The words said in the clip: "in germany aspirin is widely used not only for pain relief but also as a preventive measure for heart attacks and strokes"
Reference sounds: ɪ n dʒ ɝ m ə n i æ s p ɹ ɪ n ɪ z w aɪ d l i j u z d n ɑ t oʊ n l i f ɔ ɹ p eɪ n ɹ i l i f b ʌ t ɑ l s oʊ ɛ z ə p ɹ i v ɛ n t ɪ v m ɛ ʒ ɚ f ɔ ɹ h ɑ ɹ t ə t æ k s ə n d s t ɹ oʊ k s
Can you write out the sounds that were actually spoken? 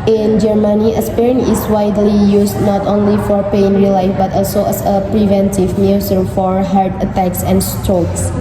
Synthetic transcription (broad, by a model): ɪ n dʒ ɝ m ə n i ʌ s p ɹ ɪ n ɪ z w aɪ d l i j u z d n ɑ t oʊ n l i f ɔ ɹ p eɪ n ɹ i l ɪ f b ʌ t ɑ l s oʊ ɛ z ə p ɹ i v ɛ n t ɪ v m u s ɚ f ɔ ɹ h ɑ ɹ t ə t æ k s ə n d s t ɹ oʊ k s